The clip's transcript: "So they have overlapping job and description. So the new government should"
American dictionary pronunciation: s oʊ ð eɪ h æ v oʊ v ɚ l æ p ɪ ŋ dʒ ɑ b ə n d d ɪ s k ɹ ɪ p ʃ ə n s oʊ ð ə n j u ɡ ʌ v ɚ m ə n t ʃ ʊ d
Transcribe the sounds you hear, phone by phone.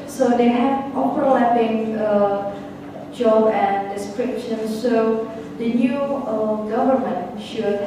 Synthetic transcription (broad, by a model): s oʊ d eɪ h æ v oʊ p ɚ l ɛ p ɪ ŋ dʒ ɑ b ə n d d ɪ s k ɹ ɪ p ʃ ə n s oʊ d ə n j u ɡ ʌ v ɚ m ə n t ʃ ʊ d